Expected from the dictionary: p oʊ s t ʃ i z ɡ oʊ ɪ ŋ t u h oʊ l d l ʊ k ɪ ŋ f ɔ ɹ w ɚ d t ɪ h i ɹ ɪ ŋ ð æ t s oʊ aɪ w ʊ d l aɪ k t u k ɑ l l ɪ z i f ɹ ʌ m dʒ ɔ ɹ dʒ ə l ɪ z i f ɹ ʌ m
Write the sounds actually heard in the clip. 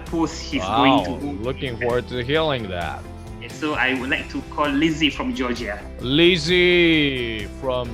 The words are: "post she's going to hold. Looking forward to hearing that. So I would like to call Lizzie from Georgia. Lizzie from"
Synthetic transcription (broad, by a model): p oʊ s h i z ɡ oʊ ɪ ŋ t u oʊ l l ʊ k ɪ ŋ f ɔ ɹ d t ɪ h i l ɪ ŋ ð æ t s oʊ aɪ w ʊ d l aɪ k t u k ɑ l l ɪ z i f ɹ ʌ m dʒ ɔ dʒ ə l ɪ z i f ɹ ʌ m